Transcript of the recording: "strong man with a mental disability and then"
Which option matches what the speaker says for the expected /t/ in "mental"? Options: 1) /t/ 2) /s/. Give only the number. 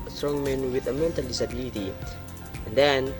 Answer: 1